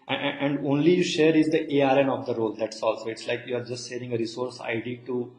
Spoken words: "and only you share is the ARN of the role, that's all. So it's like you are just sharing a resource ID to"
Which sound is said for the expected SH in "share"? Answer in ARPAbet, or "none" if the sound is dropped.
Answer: SH